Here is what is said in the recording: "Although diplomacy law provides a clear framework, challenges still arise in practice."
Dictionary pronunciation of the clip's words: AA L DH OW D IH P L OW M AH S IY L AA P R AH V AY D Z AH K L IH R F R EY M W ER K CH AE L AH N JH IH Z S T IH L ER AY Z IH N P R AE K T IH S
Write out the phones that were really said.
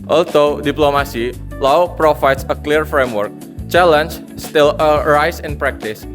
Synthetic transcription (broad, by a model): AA L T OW D IH P L OW M AH S IY L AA P R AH F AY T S AH K L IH R F R EY M W ER K CH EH L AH N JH S T IH L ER AY S IH N P R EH K T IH S